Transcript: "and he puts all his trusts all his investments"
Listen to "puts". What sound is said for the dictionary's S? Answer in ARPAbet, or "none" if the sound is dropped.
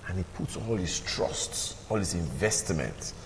S